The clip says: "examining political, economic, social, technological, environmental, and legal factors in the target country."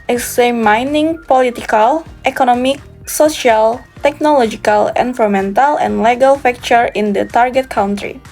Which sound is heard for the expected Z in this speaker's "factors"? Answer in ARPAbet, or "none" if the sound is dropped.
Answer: none